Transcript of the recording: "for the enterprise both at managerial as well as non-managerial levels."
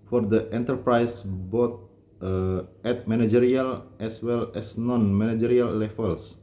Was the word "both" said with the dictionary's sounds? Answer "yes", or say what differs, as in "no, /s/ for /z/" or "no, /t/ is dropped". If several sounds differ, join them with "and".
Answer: no, /t/ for /θ/